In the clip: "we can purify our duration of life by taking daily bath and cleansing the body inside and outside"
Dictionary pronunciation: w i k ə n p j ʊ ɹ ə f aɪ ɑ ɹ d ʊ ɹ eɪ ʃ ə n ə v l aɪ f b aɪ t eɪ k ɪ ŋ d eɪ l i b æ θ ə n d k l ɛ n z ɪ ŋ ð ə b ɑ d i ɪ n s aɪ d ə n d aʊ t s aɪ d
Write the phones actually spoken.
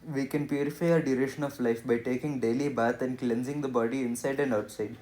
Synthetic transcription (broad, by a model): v i k ə n p j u ɹ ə f aɪ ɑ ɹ d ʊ ɹ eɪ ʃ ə n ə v l aɪ f b aɪ t eɪ k ɪ ŋ d eɪ l i b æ t ə n d k l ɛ n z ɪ ŋ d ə b ɑ d i ɪ n s aɪ d ə n d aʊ t s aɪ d